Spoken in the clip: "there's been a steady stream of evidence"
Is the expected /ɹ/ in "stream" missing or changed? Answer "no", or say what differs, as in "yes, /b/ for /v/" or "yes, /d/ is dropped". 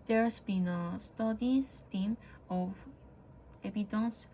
yes, /ɹ/ is dropped